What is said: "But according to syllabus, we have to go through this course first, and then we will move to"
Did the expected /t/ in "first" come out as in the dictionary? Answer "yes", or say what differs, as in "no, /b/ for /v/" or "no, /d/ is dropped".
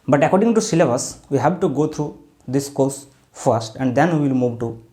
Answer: yes